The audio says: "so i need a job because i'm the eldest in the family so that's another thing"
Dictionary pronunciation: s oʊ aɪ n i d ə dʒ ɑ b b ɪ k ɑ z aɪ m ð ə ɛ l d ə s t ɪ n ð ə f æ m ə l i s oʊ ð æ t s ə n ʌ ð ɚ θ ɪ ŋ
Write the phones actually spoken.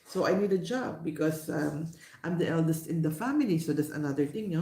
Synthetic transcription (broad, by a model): s oʊ aɪ n i d ə dʒ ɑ b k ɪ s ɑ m aɪ m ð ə ɛ l d ə s t ɪ n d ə f æ m ə l i s oʊ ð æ t s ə n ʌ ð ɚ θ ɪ ŋ